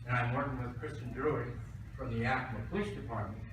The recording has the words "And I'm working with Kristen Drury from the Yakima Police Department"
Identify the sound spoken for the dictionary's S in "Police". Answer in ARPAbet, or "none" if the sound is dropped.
SH